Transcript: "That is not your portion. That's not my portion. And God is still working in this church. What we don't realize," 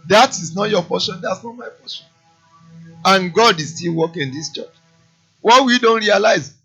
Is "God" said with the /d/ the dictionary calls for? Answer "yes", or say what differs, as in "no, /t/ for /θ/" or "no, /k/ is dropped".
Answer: yes